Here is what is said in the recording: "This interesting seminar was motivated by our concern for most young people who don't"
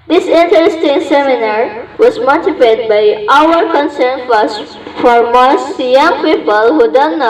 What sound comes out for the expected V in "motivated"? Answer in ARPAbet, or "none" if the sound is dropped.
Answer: P